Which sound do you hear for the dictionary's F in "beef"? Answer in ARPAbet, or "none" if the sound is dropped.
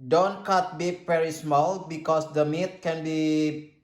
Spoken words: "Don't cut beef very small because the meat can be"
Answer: P